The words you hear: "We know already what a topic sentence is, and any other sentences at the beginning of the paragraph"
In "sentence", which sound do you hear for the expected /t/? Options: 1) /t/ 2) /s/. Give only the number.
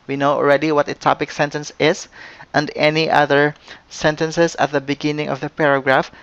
1